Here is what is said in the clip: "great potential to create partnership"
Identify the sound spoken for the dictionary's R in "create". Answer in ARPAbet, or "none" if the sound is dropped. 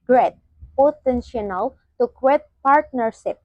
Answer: W